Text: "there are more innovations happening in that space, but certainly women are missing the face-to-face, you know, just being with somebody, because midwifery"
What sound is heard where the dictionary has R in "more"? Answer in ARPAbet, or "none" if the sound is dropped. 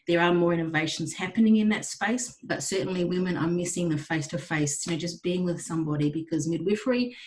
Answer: R